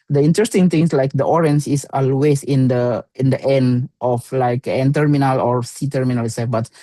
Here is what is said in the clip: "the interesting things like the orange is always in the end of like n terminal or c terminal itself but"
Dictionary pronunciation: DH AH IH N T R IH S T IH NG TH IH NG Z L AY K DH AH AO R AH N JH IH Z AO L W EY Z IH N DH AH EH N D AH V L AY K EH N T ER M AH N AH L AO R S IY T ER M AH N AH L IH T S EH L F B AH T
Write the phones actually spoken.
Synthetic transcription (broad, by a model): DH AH IH N T R IH S T IH NG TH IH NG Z L AY K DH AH AO R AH N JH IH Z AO L W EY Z IH N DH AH EH N D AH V L AY K EH N T ER M AH N AH L AO R S IY T ER M AH N AH L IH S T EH F B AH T